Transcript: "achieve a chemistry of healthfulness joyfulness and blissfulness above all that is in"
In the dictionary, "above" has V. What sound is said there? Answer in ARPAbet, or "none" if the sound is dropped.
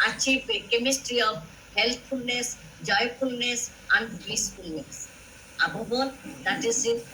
B